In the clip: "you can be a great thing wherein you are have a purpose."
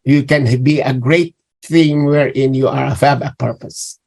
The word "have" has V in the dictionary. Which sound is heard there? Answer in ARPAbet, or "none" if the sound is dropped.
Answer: B